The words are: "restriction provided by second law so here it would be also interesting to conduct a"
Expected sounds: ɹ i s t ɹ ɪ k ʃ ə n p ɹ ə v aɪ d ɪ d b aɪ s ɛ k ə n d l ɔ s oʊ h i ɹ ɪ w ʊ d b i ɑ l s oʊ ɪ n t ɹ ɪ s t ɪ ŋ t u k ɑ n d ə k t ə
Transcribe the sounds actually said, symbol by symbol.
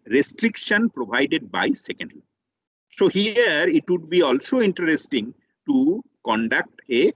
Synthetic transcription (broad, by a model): ɹ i s t ɹ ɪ k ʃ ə n p ɹ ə b aɪ d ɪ d b aɪ s ɛ k ə n d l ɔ s oʊ h i ɹ ɪ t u d b i ɑ l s oʊ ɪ n t ɹ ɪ s t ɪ ŋ t u k ɑ n d ə k t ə